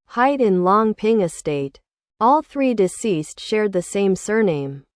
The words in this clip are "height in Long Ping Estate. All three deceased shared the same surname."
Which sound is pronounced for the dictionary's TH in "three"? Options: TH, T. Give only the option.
TH